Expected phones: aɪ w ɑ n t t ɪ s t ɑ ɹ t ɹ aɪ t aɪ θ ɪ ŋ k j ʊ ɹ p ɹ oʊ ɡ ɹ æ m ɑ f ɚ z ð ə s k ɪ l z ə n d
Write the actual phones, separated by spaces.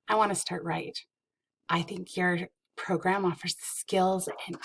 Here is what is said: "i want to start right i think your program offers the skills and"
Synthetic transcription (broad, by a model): aɪ w ɑ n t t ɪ s t ɑ ɹ t ɹ aɪ t aɪ θ ɪ ŋ k j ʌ ɹ p ɹ oʊ ɡ ɹ æ m ɑ f ɚ z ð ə s k ɪ l z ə n